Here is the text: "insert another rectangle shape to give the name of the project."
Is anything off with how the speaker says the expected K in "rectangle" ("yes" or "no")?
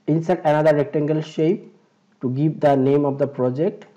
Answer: no